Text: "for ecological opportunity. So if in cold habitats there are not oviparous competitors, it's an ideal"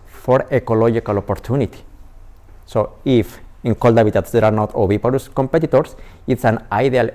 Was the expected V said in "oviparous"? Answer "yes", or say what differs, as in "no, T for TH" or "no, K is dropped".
no, B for V